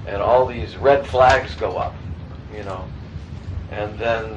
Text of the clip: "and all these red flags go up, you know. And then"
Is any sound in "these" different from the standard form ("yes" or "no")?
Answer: no